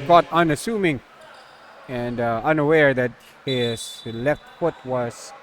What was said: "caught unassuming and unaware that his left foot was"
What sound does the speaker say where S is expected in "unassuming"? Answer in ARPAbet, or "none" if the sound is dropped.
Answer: S